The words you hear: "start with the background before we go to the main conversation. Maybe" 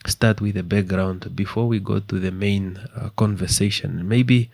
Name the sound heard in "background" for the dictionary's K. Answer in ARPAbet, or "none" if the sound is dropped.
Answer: K